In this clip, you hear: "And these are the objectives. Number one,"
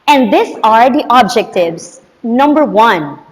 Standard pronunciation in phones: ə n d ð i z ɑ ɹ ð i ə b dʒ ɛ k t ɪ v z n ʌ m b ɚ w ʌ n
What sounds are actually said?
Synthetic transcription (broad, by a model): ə n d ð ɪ s ɑ ɹ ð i ə b dʒ ɛ k t ɪ v z n ʌ m b ɚ w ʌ n